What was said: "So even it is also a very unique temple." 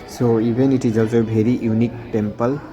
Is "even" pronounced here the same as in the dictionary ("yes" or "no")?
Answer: no